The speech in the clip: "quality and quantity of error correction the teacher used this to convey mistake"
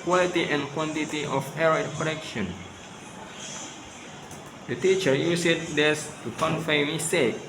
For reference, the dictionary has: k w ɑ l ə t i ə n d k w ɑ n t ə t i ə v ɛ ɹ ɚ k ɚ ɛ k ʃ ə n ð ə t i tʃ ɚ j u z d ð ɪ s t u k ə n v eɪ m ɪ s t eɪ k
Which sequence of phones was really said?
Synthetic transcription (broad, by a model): k w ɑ l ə t i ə n k w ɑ n t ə t i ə f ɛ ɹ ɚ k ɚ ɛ k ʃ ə n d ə t i tʃ ɚ j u s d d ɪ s t u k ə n f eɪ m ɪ s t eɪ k